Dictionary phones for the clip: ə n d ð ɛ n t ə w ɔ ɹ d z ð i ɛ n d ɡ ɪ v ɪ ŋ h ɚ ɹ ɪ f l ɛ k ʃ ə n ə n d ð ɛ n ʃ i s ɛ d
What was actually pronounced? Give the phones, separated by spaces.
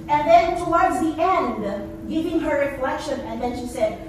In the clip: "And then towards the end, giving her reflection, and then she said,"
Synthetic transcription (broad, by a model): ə n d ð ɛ n t ə w ɔ ɹ d z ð i ɛ n d ɡ ɪ v ɪ ŋ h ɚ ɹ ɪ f l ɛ k ʃ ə n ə n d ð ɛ n ʃ i s ɛ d